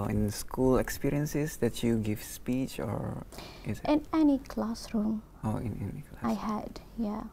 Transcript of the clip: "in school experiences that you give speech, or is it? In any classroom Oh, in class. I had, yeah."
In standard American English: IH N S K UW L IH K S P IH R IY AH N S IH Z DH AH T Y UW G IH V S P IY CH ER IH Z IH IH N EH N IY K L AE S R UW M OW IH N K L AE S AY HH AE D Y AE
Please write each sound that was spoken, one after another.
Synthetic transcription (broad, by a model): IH N S K UW L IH K S P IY R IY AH N S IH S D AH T Y UW G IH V S P IY CH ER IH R IH IH N EH N IY K L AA S R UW M OW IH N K L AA AY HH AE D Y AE